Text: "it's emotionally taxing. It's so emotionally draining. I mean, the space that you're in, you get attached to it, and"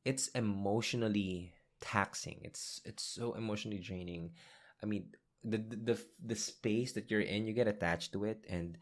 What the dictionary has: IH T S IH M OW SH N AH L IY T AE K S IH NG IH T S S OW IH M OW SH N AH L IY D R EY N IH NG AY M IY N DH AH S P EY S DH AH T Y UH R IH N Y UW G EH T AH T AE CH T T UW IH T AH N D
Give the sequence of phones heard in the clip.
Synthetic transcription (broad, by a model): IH T S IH M OW SH N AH L IY T AE K S IH NG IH T S S OW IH M OW SH N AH L IY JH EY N IH NG AY M IY N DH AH S P EY S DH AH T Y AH R IH N Y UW G EH T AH T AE CH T T UW IH T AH N D